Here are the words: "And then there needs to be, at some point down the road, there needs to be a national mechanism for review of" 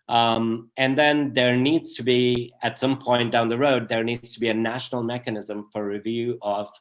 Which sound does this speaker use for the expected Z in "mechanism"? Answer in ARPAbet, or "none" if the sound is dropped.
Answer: Z